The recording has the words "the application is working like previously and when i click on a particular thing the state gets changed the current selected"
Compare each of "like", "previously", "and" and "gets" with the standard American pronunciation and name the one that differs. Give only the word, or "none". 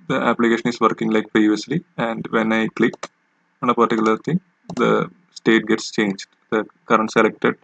none